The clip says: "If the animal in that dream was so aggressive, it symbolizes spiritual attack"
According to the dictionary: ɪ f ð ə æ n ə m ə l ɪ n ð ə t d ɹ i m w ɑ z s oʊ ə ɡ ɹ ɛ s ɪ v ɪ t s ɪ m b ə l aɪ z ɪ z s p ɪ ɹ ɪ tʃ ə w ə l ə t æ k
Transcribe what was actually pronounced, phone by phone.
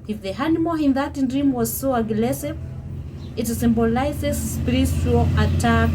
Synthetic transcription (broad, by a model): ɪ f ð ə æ n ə m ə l ɪ n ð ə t d ɹ i m w ɑ z s oʊ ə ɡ l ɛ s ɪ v ɪ t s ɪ m b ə l aɪ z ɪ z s p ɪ ɹ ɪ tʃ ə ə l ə t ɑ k